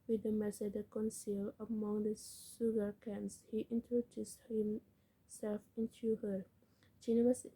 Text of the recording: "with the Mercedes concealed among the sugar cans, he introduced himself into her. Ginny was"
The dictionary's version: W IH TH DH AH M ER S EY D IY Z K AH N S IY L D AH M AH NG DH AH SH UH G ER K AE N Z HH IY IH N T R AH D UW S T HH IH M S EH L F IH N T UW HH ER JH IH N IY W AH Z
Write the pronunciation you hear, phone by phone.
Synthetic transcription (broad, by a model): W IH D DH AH M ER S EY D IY K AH N S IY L AH M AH NG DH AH S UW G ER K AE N S HH IY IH N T R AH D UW S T HH IH M S EH L F IH N T UW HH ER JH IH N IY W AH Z